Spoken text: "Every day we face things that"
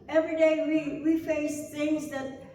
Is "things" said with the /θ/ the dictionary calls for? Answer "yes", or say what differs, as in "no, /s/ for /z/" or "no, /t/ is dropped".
yes